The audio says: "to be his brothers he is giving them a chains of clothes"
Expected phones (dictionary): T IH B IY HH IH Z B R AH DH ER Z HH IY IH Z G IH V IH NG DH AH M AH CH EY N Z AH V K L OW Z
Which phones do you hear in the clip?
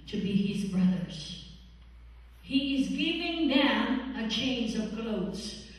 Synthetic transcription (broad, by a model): T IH B IY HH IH Z B R AH DH ER Z HH IY IH Z G IH V IH NG DH AH M AH CH EY N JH AH V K L OW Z